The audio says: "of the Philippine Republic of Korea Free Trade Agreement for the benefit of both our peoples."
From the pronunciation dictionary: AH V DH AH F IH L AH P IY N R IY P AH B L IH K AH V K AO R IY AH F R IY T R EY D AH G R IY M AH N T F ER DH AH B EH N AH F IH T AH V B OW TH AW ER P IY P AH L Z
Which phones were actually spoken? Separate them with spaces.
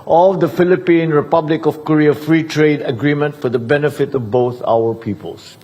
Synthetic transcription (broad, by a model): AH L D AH F IH L AH P IY N R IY P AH B L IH K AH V K AO R IY AH F R IY T R EY D AH G R IY M AH N T F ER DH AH B EH N AH F IH T AH V B OW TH AW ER P IY P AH L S